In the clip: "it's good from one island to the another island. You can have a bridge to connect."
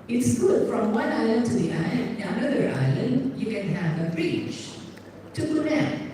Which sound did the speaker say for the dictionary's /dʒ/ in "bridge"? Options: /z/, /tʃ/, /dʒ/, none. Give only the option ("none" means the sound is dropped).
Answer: /tʃ/